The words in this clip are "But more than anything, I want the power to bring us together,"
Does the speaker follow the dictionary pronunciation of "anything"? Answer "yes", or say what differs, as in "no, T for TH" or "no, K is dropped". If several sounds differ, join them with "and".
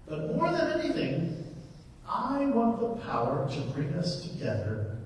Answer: yes